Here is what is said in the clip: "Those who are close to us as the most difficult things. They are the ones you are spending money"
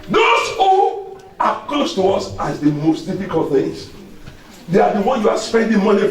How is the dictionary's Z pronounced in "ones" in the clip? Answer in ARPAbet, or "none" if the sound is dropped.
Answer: none